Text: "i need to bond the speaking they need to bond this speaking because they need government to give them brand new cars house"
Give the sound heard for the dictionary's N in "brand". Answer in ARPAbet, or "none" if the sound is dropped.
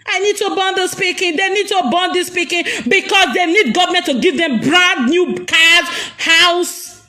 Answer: none